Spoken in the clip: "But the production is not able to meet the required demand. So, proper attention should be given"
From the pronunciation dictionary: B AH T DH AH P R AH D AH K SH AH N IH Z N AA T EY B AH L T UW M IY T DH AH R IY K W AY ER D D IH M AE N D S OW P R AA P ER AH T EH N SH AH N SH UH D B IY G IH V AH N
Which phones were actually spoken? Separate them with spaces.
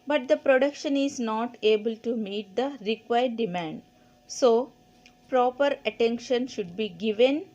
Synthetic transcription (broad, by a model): B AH T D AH P R AH D AH K SH AH N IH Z N AA T EY B AH L T UW M IY T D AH R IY K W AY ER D D IH M AE N D S OW P R AA P ER AH T EH N SH AH N SH UH D B IY G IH V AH N